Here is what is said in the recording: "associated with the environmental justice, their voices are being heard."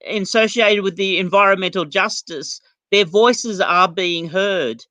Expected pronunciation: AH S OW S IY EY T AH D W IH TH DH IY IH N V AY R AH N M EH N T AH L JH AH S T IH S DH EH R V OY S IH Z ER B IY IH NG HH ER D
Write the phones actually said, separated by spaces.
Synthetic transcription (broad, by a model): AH S OW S IY EY T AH D W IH DH IY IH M V AY R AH N M EH N T L JH AH S T IH S DH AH R V OY S IH Z ER B IY IH NG HH ER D